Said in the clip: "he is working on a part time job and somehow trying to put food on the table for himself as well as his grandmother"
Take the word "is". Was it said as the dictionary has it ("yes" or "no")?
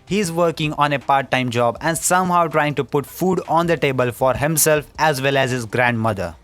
yes